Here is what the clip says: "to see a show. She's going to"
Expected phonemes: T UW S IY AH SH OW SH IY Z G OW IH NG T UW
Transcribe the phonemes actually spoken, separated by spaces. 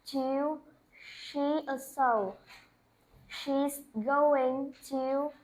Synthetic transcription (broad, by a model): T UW SH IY AH S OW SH IY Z G OW IH NG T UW